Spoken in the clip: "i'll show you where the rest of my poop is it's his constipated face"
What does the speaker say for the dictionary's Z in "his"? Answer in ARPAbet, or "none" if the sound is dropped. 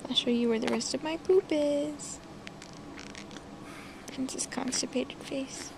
S